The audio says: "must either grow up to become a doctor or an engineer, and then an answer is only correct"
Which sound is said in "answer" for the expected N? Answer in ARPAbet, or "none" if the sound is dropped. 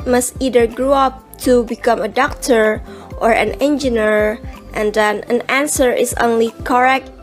N